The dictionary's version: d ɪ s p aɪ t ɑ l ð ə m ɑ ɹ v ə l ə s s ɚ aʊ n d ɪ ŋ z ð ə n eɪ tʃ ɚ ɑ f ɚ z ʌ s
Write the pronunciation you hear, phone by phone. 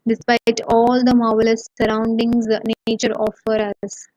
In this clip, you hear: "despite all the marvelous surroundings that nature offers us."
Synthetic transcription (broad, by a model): d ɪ s p aɪ t ɑ l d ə m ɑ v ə l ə s s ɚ aʊ n d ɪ ŋ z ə n eɪ tʃ ɚ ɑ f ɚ ʌ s